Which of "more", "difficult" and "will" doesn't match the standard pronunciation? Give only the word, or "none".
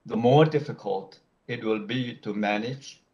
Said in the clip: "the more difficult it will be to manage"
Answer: none